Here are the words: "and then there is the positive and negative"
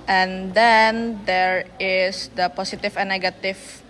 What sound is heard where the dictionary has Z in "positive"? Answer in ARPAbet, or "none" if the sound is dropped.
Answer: S